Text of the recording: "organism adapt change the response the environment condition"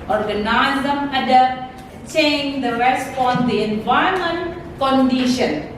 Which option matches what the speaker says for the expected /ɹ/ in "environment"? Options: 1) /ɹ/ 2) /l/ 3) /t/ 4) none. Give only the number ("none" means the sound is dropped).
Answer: 4